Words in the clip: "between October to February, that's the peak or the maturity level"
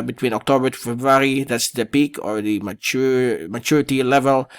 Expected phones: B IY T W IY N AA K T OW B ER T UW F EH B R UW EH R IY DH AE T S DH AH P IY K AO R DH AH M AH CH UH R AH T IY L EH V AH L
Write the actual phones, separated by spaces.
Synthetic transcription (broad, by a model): B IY T W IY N AA K T OW B ER T UW F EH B R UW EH R IY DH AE T S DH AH P IY K AO R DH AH M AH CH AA R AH T IY L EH V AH L